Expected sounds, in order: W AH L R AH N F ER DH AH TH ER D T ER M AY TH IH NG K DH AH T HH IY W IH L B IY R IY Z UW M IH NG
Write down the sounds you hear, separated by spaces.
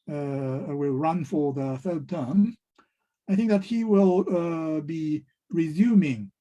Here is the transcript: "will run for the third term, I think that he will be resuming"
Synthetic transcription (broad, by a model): W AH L R AH N F ER DH AH TH ER D T ER M AY TH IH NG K DH AH T HH IY W IH L B IY R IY Z UW M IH NG